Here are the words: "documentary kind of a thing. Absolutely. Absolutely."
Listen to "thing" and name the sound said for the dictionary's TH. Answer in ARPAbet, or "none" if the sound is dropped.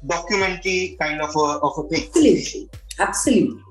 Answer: F